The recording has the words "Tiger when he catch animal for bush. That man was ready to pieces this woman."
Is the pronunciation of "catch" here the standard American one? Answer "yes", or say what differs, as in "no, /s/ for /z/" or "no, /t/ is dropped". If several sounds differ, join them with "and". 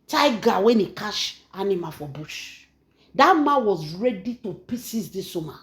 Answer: no, /ʃ/ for /tʃ/